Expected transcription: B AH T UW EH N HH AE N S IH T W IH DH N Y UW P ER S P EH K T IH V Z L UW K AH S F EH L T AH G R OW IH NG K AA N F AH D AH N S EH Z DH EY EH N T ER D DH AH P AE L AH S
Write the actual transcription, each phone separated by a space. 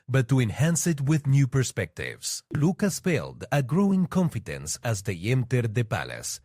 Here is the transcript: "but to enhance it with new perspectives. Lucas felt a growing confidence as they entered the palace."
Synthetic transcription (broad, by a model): B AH T UW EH N HH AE N S IH T W IH DH N Y UW P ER S P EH K T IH V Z L UW K AH S P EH L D AH G R OW IH NG K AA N F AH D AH N S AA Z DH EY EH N T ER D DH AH P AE L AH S